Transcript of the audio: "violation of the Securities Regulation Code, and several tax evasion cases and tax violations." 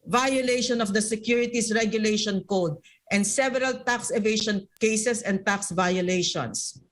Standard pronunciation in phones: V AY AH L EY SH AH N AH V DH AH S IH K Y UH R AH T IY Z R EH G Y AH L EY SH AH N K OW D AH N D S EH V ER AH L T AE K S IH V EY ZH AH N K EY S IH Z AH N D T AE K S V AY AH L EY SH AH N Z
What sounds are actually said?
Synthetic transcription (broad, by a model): V AY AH L EY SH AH N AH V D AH S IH K Y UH R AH T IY S R EH G Y AH L EY SH AH N K OW D AH N D S EH V ER AH L T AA K S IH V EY SH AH N K EY S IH S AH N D T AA K S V AY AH L EY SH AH N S